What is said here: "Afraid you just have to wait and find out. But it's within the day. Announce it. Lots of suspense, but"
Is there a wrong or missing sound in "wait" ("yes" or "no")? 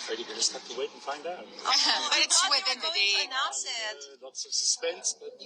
yes